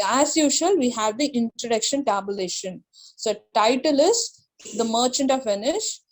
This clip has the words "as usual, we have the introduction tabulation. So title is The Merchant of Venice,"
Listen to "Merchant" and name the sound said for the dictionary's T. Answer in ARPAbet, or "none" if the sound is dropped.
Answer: T